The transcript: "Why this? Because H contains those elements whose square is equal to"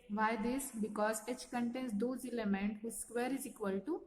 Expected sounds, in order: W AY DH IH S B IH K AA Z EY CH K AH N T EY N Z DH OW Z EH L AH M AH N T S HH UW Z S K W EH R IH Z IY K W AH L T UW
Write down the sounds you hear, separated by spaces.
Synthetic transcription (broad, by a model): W AY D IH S B IH K AA Z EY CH K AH N T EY N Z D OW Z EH L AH M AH N T HH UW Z S K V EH R IH Z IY K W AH L T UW